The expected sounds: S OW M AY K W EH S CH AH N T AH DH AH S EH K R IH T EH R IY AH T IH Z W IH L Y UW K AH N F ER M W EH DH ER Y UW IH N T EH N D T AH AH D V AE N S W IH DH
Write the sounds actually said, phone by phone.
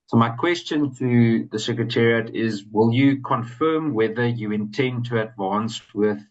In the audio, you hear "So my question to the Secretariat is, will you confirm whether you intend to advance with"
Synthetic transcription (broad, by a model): S OW M AY K W EH S CH AH N T AH DH AH S EH K R IH T EH R IY AH T IH Z W IH L Y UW K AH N F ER M W EH DH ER Y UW IH N T EH N D T AH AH D V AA N S W IH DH